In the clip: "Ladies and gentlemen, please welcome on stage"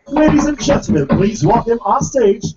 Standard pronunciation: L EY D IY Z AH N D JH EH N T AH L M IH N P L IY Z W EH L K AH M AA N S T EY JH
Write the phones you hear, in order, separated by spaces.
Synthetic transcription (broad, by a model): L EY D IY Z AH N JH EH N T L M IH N P L IY Z W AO K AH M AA S T EY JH